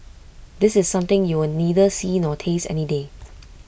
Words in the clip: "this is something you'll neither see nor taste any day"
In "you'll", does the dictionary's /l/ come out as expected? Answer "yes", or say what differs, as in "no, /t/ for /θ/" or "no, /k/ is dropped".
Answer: no, /w/ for /l/